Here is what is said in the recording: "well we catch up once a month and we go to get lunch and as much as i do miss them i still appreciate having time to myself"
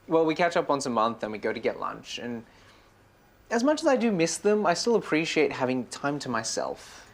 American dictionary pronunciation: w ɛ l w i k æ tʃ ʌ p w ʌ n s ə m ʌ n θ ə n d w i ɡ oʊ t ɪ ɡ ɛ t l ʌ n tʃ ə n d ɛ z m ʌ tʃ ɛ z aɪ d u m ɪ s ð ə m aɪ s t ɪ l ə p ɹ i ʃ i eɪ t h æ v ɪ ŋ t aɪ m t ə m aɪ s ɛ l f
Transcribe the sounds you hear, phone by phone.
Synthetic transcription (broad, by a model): w ɛ l w i k æ tʃ ʌ p n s ə m ʌ n θ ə n w i ɡ oʊ t ɪ ɡ ɛ t l ʌ n tʃ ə n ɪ z m ʌ tʃ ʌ z aɪ d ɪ m ɪ s ð ə m aɪ s t ɪ l ə p ɹ i ʃ i eɪ t h æ v ɪ ŋ t aɪ m t ə m aɪ s ɛ l f